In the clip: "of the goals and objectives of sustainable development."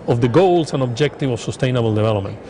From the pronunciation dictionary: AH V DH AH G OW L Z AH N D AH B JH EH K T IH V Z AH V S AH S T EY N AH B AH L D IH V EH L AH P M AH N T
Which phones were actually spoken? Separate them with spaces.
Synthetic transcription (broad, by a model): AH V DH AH G OW L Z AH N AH B JH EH K T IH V AH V S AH S T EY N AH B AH L D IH V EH L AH P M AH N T